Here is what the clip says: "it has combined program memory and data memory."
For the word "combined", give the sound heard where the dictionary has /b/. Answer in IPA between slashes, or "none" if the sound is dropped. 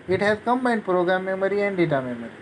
none